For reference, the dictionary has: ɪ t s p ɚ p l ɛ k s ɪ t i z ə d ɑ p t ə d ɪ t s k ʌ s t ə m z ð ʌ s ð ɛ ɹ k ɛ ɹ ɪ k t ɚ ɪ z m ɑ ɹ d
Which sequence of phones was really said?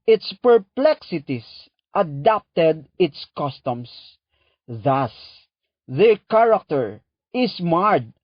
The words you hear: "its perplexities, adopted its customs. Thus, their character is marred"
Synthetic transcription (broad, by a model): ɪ t s p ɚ p l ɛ k s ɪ t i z ə d ɑ p t ə d ɪ t s k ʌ s t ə m s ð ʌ s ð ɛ ɹ k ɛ ɹ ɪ k t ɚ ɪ s m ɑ ɹ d